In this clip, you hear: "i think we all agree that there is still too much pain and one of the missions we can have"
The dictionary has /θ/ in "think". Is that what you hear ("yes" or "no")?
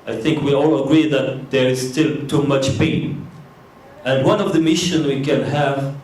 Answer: yes